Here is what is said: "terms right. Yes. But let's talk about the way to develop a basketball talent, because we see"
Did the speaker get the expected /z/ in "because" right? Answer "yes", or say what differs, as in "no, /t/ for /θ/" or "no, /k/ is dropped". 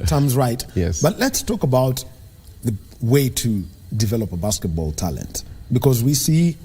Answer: yes